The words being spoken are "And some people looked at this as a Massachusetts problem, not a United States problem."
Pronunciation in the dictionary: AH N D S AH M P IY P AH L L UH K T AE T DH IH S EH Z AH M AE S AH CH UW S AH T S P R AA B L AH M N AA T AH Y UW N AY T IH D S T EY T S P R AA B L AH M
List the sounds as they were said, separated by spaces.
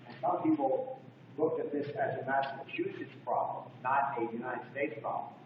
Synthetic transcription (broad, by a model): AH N S AH M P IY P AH L L UH K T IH T DH IH S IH Z AH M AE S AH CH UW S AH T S P R AA B L AH M N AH T AH Y UW N AY T IH D S T EY T S P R AA B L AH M